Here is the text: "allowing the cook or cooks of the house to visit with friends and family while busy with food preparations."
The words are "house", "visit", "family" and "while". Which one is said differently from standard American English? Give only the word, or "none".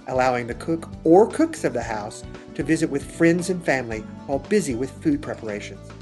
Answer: none